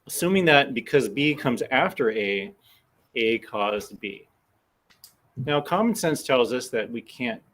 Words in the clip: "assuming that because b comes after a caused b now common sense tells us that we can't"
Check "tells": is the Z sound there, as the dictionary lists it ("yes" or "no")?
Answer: yes